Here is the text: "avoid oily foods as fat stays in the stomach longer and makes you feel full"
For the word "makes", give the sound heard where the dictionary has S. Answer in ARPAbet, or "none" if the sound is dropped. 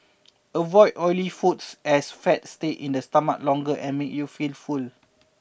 none